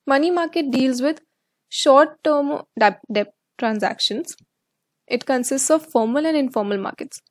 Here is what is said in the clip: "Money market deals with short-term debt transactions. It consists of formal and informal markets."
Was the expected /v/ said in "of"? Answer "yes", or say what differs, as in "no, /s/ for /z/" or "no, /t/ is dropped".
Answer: yes